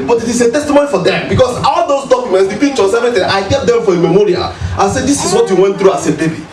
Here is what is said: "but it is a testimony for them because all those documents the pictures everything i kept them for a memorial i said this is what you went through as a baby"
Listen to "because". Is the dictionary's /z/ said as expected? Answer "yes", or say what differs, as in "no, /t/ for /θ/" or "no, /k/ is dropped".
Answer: no, /s/ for /z/